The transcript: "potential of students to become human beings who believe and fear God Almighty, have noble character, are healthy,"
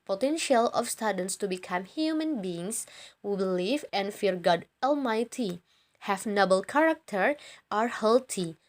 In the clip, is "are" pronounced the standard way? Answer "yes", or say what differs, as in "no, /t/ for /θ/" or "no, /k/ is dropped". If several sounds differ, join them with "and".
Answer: yes